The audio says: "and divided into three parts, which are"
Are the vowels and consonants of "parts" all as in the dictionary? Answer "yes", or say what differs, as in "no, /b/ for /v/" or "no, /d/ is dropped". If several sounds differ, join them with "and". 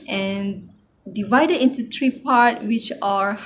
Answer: no, /s/ is dropped